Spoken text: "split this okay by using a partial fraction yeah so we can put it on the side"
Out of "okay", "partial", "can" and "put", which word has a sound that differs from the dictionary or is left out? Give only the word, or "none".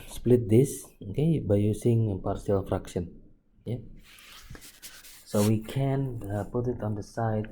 partial